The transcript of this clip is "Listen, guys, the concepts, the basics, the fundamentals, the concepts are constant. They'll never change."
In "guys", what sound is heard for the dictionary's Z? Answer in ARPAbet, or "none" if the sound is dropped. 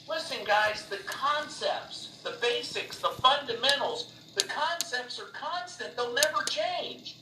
Z